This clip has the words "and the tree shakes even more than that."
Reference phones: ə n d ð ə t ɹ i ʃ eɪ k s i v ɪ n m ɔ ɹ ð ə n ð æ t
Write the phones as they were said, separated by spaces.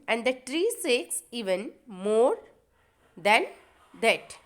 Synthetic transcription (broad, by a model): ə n d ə t ɹ i s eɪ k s i v ɪ n m ɔ ɹ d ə n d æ t